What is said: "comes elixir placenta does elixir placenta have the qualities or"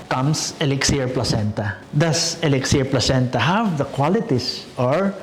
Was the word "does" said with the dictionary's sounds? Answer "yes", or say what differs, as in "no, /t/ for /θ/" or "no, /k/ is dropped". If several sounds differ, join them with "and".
no, /s/ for /z/